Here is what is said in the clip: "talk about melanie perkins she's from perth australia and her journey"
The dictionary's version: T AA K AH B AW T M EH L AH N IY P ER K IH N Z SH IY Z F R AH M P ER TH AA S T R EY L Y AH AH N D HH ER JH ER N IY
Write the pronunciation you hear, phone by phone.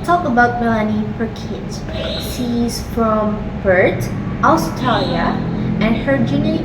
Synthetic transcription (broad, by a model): T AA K AH B AW T M EH L AH N IY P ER K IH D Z S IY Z F R AH M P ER T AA S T EY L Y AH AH N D HH ER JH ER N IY